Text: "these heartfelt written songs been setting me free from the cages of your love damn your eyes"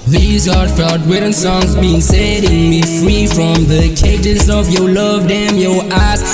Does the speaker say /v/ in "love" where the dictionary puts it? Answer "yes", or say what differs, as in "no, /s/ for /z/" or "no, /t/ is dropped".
yes